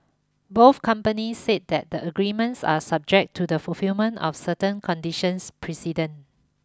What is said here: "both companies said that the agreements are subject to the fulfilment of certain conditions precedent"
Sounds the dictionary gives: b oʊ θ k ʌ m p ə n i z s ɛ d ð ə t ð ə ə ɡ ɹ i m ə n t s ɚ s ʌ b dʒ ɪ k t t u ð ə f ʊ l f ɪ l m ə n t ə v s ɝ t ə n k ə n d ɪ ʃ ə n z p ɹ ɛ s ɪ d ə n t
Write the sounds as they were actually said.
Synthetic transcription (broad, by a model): b oʊ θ k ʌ m p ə n i s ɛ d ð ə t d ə ə ɡ ɹ i m ə n t s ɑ s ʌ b dʒ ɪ k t t u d ə f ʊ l f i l m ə n t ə f s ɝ t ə n k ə n d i ʃ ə n s p ɹ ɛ s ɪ d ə n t